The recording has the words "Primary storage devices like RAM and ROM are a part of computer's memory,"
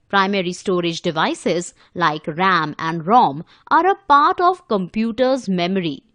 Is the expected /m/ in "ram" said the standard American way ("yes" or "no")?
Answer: yes